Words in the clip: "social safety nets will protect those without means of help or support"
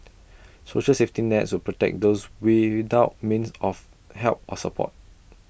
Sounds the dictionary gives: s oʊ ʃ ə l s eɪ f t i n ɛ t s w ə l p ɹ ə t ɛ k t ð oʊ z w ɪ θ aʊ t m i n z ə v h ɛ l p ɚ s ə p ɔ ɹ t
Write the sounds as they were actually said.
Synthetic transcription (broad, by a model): s oʊ ʃ ə l s eɪ f t i n ɛ t s w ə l p ɹ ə t ɛ k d oʊ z w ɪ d aʊ t m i n s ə f h ɛ l p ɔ s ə p ɔ t